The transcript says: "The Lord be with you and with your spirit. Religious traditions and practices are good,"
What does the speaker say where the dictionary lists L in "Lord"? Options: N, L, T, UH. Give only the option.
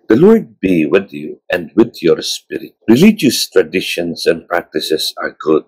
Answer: L